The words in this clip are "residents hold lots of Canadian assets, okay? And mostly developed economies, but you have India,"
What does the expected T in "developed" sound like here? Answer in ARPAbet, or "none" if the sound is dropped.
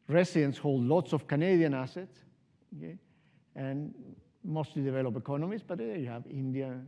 none